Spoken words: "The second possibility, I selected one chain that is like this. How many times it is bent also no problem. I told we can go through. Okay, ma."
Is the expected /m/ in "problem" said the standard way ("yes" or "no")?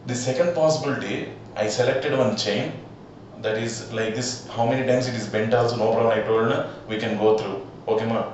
no